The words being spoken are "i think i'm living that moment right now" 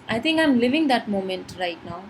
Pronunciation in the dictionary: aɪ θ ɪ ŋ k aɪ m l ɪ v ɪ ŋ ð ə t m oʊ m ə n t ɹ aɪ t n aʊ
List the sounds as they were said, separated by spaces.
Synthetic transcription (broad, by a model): aɪ t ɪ ŋ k aɪ m l ɪ v ɪ ŋ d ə t m oʊ m ə n t ɹ aɪ t n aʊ